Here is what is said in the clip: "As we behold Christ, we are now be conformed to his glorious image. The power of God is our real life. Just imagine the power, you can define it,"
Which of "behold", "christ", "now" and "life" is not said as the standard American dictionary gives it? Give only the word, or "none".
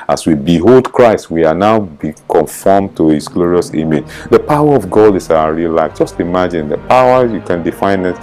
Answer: none